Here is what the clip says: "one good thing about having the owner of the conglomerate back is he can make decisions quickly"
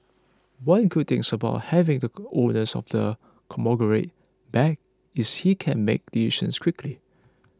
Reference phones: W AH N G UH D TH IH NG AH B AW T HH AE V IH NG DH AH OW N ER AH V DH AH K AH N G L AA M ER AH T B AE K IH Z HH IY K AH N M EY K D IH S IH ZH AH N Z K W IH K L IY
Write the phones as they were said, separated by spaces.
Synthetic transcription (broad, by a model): W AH N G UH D T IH NG AH B AW T HH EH V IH NG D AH OW N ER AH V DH AH K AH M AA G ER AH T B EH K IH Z HH IY K AH N M EY K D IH IH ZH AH N S K W IH K L IY